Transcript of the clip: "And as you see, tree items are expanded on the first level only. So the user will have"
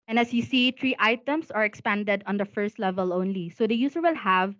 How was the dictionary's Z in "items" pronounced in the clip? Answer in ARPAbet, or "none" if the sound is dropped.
S